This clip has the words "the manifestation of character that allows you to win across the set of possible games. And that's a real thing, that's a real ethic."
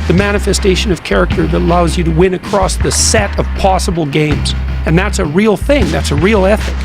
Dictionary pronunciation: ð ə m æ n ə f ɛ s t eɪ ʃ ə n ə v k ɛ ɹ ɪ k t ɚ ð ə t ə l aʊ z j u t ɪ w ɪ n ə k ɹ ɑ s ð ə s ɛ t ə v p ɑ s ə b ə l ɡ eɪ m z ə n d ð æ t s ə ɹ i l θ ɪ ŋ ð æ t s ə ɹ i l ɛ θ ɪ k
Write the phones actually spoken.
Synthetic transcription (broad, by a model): ð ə m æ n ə f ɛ s t eɪ ʃ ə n ə v k ɛ ɹ ɪ k t ɚ ð ə t ə l aʊ z j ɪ t ɪ w ɪ n ə k ɹ ɑ s ð ə s ɛ t ə v p ɑ s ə b l ɡ eɪ m z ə n ð æ t s ə ɹ i l θ ɪ ŋ ð æ t s ə ɹ i l ɛ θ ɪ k